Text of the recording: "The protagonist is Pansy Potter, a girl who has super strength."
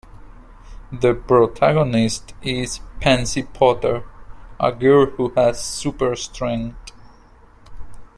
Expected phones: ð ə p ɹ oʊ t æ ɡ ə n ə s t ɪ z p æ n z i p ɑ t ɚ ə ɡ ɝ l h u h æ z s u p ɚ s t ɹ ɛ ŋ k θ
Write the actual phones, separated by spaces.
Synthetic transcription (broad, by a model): ð ə p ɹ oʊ t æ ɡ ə n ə s t ɪ z p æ n s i p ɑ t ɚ ə ɡ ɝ h u h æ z s u p ɚ s t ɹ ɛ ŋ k t